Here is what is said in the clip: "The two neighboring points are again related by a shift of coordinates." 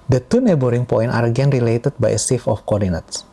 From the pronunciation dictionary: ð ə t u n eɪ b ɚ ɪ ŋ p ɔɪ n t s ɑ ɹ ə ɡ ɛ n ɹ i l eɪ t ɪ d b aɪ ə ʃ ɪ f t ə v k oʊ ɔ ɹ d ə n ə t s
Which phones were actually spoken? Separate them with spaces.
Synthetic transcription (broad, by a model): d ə t u n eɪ b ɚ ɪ ŋ p ɔɪ n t ɑ ɹ ə ɡ ɛ n ɹ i l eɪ t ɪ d b aɪ ə s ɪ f ə f k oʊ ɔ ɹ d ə n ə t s